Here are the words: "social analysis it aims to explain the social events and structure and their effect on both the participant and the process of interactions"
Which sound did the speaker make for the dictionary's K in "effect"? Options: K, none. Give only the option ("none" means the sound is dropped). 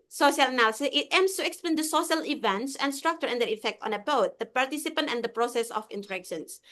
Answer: K